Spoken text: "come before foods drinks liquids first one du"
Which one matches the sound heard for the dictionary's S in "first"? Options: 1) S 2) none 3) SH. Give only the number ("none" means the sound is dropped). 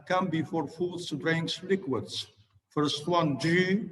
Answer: 1